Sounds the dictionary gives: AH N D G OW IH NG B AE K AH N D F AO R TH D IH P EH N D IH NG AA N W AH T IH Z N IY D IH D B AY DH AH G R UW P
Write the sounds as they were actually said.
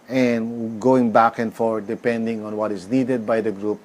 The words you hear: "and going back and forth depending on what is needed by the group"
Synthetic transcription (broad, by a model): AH N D G OW IH NG B AE K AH N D F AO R D IH P EH N D IH NG AA N W AH T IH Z N IY D IH D B AY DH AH G R UW P